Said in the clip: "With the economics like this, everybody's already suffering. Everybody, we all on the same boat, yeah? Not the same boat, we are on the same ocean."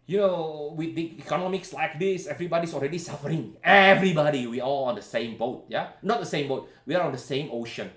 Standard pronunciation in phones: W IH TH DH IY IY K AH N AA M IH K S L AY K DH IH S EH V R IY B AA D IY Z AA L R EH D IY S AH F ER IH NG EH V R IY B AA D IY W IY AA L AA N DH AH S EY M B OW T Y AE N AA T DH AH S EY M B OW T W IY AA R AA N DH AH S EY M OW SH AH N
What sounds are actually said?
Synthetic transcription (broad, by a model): W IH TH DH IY IY K AH N AA M IH K S L AY K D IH S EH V R IY B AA D IY S AA L R EH D IY S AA F ER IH NG EH V R IY B AA D IY W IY AA L AA N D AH S EY M B OW T Y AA N AA T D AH S EY M B OW T W IY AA L AA N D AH S EY M OW SH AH N